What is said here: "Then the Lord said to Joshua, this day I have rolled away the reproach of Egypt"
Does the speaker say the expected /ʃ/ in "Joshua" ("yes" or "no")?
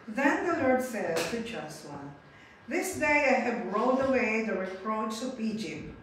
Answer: no